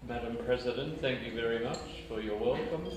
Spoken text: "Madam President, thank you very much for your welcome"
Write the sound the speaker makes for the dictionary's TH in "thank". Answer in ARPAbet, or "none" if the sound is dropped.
TH